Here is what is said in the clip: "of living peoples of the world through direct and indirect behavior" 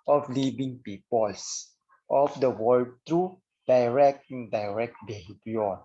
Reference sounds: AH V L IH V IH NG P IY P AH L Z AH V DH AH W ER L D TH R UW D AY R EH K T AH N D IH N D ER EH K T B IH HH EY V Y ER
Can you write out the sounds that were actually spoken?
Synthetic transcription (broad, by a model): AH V L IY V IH NG P IY P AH L S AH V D AH W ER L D T R UW D AY R EH K T AH N D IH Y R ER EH K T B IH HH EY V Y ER